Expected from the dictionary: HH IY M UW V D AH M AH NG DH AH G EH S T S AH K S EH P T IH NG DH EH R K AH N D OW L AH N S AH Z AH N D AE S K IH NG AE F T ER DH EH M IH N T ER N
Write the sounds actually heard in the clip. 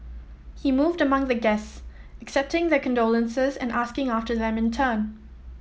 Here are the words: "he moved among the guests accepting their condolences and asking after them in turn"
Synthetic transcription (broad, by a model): HH IY M UW V D AH M AH NG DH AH G EH S T S AH K S EH P T IH NG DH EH K AH N D OW L AH N S AH Z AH N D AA S K IH NG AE F T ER DH EH M IH N T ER N